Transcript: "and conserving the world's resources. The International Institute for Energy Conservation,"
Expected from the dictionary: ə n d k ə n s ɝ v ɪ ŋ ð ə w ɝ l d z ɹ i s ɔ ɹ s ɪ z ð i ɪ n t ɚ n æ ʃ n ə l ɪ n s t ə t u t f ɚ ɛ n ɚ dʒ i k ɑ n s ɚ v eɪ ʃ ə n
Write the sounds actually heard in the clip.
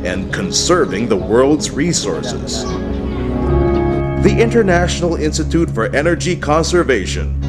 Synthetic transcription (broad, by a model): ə n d k ə n s ɝ v ɪ ŋ ð ə w ɝ l d z ɹ i s ɔ ɹ s ɪ z ð i ɪ n t ɚ n æ ʃ n l ɪ n s t ə t u t f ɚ ɛ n ɚ dʒ i k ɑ n s ɚ v eɪ ʃ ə n